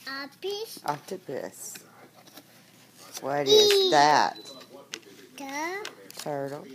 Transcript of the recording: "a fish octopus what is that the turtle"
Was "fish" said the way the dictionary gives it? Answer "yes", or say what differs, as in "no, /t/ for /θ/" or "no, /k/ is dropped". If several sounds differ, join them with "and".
no, /p/ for /f/